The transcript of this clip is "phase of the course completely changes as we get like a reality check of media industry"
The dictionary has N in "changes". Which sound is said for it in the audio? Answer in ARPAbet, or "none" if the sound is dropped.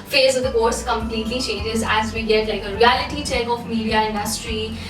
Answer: N